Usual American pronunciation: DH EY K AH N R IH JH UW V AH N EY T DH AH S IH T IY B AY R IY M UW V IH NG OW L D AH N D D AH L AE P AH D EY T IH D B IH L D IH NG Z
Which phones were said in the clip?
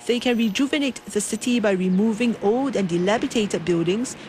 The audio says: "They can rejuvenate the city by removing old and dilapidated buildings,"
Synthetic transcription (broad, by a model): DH EY K AH N R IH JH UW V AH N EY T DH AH S IH T IY B AY R IY M UW V IH NG OW L D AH N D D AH L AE B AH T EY T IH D B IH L D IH NG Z